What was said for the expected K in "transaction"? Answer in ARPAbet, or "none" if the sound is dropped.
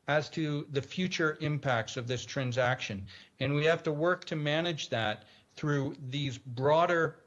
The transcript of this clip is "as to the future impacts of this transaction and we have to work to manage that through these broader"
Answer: K